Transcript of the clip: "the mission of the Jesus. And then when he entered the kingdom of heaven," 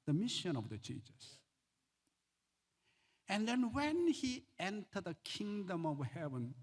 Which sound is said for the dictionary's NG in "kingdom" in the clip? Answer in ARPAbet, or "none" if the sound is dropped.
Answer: NG